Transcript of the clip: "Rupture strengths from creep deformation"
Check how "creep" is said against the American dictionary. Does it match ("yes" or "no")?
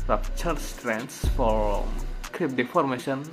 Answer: yes